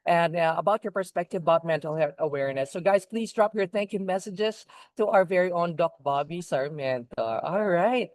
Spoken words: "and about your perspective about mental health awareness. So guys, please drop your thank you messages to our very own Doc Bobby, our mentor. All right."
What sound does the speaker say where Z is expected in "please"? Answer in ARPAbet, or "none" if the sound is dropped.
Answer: Z